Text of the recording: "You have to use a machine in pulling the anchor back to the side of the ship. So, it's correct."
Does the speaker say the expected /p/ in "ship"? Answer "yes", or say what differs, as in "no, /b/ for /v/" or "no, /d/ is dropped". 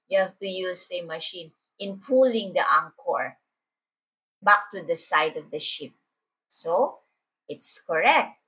yes